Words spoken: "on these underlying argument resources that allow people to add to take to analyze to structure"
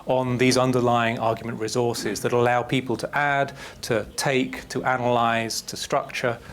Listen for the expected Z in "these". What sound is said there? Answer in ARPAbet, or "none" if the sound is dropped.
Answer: Z